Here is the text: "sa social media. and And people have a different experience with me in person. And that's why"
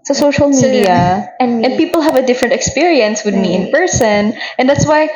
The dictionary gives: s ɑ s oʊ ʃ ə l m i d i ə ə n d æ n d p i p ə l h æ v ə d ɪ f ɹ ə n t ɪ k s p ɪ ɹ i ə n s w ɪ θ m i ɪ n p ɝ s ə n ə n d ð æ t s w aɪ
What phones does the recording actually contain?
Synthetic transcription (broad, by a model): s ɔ s oʊ ʃ ə l m i d i ə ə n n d p i p ə l h æ v ə d ɪ f ɹ ə n t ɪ k s p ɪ ɹ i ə n s w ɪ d m i ɪ n p ɝ s ə n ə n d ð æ t s w aɪ